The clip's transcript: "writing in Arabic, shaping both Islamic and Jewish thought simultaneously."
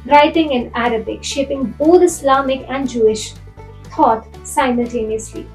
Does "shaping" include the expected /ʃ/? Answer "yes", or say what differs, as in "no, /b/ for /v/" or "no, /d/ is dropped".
yes